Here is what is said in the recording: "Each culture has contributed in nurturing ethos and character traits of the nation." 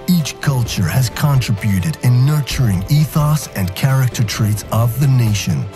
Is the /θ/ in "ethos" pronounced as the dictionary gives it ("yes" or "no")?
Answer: yes